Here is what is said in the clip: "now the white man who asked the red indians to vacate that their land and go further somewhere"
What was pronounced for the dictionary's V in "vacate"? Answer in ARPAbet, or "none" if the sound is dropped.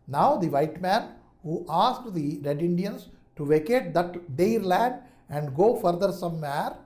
V